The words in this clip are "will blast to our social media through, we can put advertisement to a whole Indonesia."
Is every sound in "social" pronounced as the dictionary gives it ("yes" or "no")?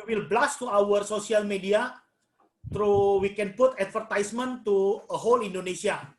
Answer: no